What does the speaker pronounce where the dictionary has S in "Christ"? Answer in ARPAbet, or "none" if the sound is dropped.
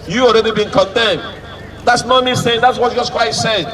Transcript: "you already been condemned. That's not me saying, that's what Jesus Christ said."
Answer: none